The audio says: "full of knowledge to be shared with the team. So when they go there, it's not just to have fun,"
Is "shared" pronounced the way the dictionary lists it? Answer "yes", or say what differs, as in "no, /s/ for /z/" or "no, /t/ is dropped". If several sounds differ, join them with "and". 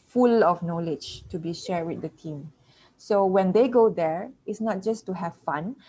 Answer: yes